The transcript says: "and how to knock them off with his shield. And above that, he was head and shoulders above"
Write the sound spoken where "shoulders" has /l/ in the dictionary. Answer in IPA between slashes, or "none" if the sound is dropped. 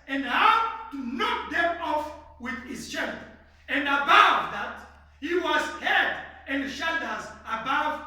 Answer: none